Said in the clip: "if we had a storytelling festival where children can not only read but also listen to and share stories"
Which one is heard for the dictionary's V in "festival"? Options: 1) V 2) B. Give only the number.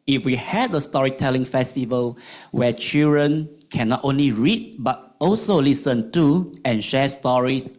1